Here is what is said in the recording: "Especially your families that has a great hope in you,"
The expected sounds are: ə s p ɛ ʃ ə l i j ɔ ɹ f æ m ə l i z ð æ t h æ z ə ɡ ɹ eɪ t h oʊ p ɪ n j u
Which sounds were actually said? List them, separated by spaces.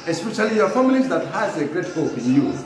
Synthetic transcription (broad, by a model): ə s p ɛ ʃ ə l i j ɔ ɹ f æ m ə l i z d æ t h æ z ə ɡ ɹ eɪ t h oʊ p ɪ n j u